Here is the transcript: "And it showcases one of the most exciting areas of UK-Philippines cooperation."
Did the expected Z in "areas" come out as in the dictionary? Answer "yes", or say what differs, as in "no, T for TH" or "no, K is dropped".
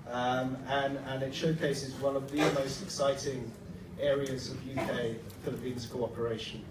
yes